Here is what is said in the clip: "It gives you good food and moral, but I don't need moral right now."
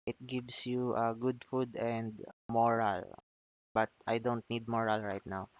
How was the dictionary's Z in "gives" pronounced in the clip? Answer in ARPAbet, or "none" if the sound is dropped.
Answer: S